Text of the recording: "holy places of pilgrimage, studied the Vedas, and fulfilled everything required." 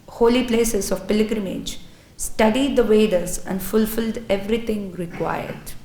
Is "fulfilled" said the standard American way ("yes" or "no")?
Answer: yes